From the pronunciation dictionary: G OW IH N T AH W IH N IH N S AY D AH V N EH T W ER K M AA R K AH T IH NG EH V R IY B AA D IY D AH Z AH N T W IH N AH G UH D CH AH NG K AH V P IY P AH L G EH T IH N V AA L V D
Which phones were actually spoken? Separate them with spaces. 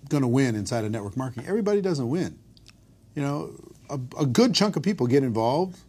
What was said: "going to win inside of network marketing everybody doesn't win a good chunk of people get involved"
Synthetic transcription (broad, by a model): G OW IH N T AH W IH N IH N S AY D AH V N EH T W ER K M AA R K AH T IH NG EH V R IY B AA D IY D AH Z AH N T W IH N AH G UH D CH AH NG K AH V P IY P L G EH T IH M V AA L V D